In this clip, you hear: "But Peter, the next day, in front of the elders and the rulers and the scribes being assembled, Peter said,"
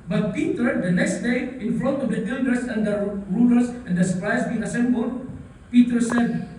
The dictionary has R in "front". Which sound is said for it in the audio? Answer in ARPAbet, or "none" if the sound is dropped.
L